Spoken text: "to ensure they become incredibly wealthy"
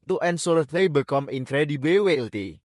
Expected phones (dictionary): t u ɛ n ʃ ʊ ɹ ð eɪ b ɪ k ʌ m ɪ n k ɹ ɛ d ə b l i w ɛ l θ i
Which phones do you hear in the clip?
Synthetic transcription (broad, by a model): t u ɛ n s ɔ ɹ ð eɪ b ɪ k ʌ m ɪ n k ɹ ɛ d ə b i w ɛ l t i